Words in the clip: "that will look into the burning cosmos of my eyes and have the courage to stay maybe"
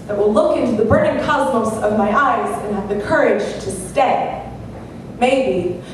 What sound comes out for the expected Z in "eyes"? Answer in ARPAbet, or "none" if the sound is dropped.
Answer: Z